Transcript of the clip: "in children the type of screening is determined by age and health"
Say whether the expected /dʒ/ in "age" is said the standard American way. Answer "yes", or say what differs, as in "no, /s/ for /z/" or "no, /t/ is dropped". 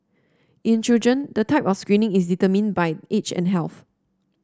no, /tʃ/ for /dʒ/